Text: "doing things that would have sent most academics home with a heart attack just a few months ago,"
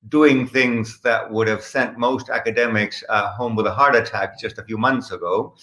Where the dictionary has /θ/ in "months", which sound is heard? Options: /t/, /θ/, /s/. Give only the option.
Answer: /θ/